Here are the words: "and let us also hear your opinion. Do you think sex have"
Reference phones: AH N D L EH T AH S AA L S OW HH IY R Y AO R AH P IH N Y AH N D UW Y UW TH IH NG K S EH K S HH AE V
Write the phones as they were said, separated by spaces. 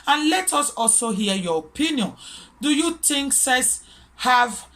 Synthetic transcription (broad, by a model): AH N L EH T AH S AA L S OW HH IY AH Y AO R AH P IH N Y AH N D UW Y UW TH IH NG K S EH S HH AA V